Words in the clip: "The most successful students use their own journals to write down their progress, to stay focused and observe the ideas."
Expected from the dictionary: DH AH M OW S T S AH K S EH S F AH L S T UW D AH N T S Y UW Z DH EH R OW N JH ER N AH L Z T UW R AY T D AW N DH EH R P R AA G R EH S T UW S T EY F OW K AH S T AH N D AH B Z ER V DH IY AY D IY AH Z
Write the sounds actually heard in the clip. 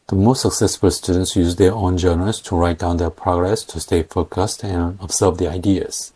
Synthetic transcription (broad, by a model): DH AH M OW S T S AH K S EH S F AH L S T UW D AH N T S Y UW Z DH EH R OW N JH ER N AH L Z T UW R AY T D AW N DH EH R P R AA G R EH S T UW S T EY F OW K AH S T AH N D AH B Z ER V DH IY AY D IY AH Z